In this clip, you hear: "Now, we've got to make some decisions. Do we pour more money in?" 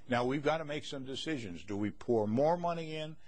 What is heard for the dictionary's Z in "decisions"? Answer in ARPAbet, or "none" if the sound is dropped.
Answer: Z